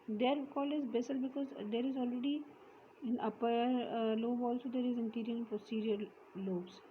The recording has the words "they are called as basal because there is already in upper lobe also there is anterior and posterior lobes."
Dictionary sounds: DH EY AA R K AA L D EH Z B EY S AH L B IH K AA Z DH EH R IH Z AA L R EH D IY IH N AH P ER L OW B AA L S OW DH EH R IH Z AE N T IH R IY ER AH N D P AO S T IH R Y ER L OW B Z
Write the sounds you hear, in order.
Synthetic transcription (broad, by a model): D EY R K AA L IH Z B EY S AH L B IH K AA Z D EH R IH Z AA L R EH D IY IH N AH P ER L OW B AA L S OW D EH R IH Z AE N T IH R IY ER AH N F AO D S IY R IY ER L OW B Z